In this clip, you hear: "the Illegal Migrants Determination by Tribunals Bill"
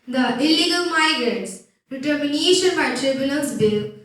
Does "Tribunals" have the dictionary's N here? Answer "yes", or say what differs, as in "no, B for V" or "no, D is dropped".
no, L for N